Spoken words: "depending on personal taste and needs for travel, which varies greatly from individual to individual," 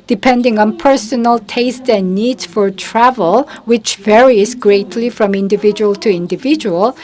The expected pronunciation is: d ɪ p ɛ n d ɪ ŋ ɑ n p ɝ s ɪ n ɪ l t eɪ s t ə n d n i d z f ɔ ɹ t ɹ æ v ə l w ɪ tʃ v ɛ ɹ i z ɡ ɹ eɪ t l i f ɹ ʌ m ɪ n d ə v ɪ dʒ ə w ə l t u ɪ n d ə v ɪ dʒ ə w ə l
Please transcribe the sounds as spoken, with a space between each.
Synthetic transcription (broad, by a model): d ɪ p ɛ n d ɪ ŋ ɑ n p ɝ s ɪ n ɪ l t eɪ s t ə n n i d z f ɔ ɹ t ɹ æ v ə l w ɪ tʃ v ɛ ɹ i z ɡ ɹ eɪ t l i f ɹ ʌ m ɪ n d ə v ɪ dʒ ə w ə l t u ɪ n d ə v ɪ dʒ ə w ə l